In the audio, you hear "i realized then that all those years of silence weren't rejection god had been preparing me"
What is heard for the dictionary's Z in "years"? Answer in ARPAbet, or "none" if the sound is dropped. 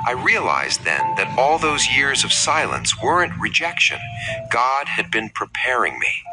Z